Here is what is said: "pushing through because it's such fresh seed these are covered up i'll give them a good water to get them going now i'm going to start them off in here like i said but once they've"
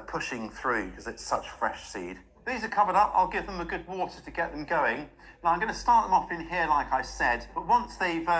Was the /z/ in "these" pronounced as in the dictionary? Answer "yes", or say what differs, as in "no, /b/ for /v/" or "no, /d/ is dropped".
yes